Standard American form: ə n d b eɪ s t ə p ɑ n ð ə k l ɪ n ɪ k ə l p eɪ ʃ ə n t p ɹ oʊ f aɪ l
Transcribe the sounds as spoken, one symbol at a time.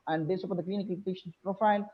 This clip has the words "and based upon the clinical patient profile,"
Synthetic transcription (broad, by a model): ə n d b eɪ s ə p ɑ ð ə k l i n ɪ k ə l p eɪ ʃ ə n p ɹ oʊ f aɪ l